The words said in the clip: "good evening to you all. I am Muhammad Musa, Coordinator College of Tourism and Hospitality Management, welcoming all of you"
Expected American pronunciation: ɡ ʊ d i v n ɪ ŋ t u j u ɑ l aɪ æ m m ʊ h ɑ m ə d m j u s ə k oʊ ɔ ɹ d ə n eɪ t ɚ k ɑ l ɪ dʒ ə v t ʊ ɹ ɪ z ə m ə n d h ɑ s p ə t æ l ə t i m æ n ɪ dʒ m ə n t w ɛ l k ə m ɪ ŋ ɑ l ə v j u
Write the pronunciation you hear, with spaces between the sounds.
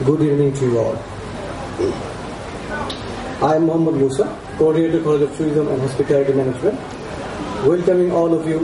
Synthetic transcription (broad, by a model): ɡ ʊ d i v n ɪ ŋ t u j u ɑ l aɪ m m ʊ h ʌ m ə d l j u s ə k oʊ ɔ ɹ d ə eɪ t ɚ k ɑ l ɪ dʒ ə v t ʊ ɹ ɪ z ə m ə n d h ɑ s p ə t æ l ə t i m æ n ɪ dʒ m ə n t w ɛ l k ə m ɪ ŋ ɑ l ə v j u